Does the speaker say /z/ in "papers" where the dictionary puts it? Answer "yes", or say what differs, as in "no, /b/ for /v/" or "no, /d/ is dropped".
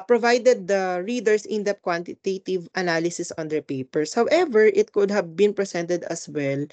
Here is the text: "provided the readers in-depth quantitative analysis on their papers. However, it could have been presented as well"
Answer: no, /s/ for /z/